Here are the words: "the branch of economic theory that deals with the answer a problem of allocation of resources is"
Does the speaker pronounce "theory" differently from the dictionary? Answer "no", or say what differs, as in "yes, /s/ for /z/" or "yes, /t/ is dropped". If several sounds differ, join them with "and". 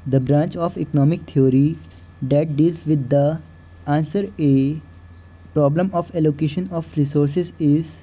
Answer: yes, /t/ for /θ/